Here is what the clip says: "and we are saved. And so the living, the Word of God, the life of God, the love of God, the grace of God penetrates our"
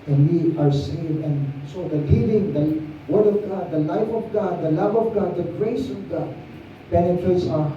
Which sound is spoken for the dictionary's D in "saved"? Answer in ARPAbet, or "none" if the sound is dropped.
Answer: none